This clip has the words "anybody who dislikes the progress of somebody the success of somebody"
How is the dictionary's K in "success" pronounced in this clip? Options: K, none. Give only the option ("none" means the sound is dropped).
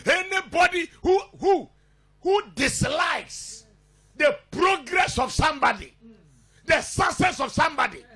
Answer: none